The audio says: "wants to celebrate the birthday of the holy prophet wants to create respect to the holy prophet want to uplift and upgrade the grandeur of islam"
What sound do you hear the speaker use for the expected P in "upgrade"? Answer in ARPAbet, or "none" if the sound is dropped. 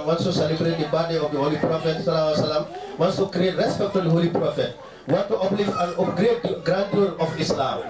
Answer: none